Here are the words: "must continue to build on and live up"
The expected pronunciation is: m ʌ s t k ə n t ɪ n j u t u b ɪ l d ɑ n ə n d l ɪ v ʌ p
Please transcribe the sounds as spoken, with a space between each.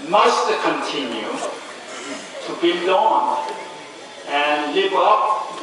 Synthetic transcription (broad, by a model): m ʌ s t k ə n t ɪ n j u t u b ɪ l ɑ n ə n l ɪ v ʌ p